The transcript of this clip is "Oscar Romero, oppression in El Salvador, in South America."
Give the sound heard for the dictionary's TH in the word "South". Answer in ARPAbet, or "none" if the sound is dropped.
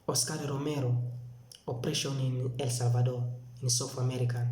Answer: F